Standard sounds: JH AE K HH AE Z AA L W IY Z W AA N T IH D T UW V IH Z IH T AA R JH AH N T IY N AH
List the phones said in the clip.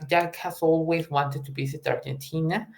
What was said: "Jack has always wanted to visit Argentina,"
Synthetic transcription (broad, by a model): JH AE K HH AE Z AA L W IY Z W AA N T IH D T UW B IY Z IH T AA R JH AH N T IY N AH